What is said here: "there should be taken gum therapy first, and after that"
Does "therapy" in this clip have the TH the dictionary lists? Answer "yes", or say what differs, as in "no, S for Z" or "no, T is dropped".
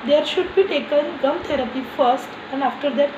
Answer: no, T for TH